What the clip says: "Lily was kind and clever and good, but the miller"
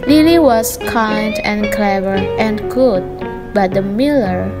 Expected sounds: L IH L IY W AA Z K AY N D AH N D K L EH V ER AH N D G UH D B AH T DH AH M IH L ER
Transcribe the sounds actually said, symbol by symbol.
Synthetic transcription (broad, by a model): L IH L IY W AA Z K AY N D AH N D K L EH V ER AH N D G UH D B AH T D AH M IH L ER